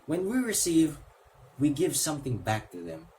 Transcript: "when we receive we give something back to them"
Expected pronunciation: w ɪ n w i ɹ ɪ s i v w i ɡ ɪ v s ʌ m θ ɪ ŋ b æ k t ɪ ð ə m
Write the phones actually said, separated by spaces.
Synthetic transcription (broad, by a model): w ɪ n w i ɹ ɪ s i v w i ɡ ɪ v s ʌ m θ ɪ ŋ b æ k t ɪ ð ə m